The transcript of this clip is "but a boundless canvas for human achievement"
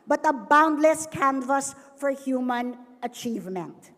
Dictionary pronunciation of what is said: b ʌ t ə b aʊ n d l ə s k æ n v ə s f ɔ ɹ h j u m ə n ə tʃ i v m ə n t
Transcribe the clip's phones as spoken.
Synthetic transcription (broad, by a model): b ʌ t ə b aʊ n d l ə s k æ n v ə s f ɔ ɹ h j u m ə n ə tʃ i v m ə n t